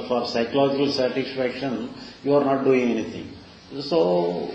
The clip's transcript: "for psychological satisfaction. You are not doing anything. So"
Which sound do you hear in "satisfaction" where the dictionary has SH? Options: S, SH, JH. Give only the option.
SH